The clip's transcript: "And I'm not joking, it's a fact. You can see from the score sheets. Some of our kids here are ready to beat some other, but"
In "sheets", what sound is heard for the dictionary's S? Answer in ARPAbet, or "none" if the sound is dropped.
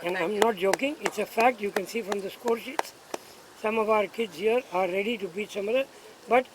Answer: S